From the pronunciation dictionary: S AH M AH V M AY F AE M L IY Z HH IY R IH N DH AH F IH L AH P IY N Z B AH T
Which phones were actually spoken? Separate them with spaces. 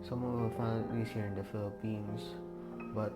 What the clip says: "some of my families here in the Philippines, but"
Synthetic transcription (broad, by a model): S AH M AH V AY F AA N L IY S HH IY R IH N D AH F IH L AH P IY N S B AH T